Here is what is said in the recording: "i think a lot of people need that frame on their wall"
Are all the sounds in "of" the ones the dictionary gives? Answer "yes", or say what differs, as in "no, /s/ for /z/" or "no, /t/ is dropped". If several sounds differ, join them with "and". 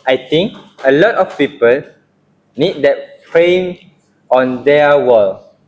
no, /f/ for /v/